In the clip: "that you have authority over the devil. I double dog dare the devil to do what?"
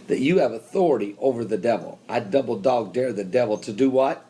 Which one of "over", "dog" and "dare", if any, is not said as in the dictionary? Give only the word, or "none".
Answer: none